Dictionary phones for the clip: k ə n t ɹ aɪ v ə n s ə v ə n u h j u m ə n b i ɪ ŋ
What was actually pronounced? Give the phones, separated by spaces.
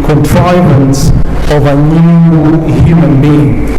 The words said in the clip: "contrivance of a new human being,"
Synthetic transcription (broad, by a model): k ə n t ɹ aɪ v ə n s ə v ə n u h j u m ə n b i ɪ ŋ